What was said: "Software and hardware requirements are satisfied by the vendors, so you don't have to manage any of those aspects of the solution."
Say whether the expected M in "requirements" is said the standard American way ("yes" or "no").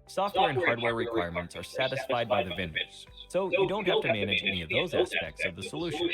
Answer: yes